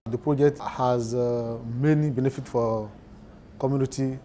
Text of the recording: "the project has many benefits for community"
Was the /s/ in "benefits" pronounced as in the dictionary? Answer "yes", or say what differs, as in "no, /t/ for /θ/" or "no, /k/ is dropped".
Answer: no, /s/ is dropped